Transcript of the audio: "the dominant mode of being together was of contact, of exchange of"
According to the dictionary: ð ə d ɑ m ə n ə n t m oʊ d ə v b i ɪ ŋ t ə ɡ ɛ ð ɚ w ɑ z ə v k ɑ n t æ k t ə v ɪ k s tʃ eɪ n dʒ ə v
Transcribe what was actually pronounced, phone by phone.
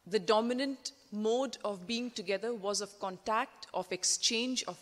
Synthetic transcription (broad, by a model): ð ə d ɑ m ə n ə n t m oʊ d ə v b i ɪ ŋ t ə ɡ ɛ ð ɚ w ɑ z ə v k ɑ n t æ k t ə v ɪ k s tʃ eɪ n dʒ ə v